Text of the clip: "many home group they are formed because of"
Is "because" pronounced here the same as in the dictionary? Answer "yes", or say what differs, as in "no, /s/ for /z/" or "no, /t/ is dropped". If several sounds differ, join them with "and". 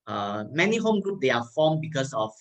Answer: no, /s/ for /z/